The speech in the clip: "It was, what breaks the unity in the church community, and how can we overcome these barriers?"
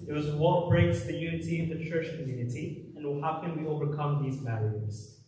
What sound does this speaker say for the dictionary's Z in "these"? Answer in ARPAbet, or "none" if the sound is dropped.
Z